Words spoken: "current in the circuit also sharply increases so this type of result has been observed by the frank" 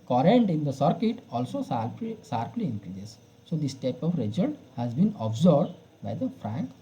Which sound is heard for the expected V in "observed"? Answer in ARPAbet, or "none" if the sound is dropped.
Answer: B